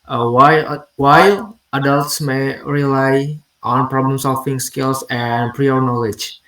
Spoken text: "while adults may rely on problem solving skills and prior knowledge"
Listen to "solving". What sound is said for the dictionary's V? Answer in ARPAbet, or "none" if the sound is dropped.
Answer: F